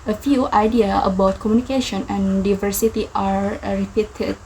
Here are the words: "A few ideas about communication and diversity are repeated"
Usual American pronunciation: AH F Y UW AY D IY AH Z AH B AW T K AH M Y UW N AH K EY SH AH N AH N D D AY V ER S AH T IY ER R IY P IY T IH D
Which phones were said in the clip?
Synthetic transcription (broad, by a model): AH F Y UW AY D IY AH AH B AW T K AH M Y UW N AH K EY SH AH N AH N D D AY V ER S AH T IY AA R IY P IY T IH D